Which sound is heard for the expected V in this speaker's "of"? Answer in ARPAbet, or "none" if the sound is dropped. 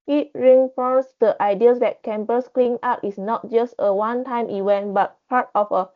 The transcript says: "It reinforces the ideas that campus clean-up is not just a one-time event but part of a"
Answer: F